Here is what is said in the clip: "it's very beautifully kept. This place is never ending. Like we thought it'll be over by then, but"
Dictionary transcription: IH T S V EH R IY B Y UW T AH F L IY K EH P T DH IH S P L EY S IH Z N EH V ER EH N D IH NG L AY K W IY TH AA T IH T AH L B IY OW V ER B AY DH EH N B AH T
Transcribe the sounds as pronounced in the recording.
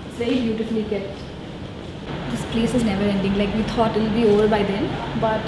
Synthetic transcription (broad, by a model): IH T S V EH R IY B Y UW T AH F L IY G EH T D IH S P L EY S IH Z N EH V ER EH N D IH NG L AY K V IY T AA T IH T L B IY OW V ER B AY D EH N B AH T